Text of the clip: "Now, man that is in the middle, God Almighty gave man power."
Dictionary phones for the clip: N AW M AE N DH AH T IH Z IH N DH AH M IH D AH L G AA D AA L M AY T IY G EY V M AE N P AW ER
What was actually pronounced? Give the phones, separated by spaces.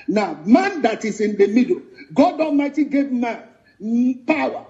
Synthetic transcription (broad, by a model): N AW M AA N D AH T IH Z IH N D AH M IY D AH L G AA D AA M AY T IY G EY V M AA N P AW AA